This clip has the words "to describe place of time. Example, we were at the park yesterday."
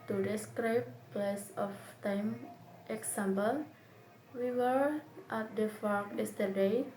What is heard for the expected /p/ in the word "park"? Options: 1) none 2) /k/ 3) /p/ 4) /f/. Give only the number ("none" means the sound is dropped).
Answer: 4